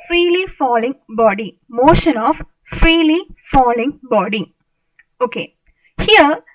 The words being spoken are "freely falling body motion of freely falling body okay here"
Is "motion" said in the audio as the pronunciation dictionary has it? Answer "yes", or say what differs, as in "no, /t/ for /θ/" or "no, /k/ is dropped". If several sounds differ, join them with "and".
yes